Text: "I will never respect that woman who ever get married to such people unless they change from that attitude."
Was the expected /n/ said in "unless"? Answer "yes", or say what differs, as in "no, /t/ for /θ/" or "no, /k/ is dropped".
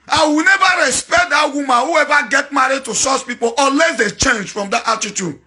no, /n/ is dropped